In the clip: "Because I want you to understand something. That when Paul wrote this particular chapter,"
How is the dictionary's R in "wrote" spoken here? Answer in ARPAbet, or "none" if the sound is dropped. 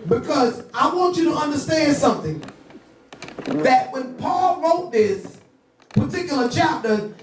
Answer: R